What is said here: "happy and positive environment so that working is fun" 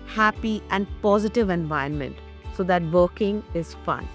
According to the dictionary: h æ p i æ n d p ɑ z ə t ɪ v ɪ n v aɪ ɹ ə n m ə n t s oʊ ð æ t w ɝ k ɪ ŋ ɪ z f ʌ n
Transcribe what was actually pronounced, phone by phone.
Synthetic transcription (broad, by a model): h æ p i æ n d p ɑ z ə t ɪ v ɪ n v aɪ ə n m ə n t s oʊ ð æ t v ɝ k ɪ ŋ ɪ z f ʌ n